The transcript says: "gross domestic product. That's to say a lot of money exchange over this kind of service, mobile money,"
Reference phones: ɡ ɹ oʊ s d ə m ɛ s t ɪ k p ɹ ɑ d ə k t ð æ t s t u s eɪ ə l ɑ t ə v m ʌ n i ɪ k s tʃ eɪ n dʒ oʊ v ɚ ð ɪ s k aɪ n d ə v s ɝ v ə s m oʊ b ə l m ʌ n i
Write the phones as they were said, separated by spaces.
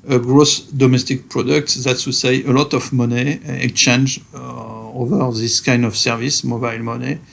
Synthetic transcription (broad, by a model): ɡ ɹ oʊ s d ə m ɛ s t ɪ k p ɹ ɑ d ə k t ð æ t s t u s eɪ ə l ɑ t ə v m ʌ n i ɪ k tʃ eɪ n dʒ oʊ v ɚ ð ɪ s k aɪ n d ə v s ɝ v ə s m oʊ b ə l m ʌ n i